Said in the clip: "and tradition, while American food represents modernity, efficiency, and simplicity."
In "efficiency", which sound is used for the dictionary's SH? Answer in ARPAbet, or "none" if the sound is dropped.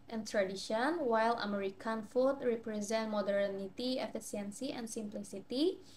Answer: S